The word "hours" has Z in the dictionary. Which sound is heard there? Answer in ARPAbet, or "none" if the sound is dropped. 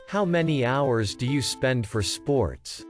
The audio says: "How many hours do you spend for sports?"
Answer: Z